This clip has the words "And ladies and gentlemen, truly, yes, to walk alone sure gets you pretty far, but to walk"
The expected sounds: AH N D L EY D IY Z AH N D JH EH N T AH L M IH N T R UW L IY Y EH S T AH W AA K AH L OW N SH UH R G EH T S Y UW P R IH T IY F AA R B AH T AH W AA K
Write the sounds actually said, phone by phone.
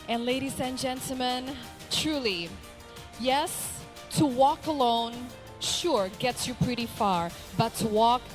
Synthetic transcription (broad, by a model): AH N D L EY D IY Z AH N JH EH N T L M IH N T R UW L IY Y EH S T AH W AA K AH L OW N SH UH R G EH T S Y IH P R IH T IY F AA R B AH T AH W AA K